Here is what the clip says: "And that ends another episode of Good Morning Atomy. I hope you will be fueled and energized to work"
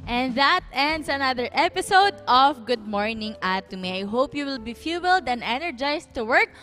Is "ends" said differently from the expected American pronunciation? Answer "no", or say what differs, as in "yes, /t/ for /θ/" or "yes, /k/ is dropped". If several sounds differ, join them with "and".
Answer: yes, /s/ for /z/